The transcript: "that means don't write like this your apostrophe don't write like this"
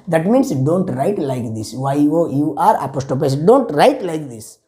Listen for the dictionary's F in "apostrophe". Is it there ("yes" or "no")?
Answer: no